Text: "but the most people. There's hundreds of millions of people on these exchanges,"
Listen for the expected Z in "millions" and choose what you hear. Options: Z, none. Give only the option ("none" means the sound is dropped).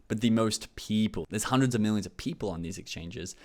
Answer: Z